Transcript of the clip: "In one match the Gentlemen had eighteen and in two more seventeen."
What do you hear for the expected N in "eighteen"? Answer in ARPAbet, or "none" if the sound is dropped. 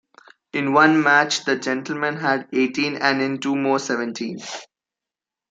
N